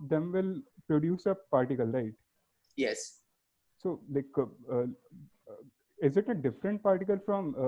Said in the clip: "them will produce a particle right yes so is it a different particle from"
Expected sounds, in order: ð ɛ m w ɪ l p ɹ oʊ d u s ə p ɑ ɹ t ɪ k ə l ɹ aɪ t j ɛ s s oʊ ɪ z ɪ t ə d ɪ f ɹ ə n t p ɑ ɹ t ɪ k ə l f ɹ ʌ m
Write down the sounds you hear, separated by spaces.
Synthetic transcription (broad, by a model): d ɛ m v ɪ l p ɹ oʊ d u s ə p ɑ ɹ t ɪ k ə l ɹ aɪ t j ɛ s s oʊ ɪ z ɪ t ə d ɪ f ɹ ə n t p ɑ ɹ t ɪ k ə l f ɹ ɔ m